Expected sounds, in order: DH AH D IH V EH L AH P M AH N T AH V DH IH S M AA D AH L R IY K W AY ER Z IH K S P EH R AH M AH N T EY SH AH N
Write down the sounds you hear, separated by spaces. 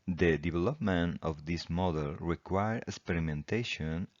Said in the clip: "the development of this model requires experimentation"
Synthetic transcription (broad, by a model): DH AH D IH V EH L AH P M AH N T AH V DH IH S M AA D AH L R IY K W AY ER IH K S P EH R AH M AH N T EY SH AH N